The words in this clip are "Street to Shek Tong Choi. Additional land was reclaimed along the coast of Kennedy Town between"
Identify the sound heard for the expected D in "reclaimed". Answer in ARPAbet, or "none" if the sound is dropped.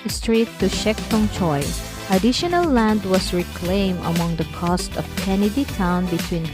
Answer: none